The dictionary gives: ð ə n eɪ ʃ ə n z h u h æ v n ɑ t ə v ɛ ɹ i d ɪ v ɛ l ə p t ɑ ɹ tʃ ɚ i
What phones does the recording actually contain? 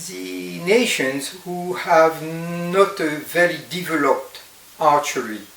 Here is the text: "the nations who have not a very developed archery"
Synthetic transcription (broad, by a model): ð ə n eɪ ʃ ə n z h u h æ v n ɑ t ə v ɛ ɹ i d ɪ v ɛ l ə p t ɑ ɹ tʃ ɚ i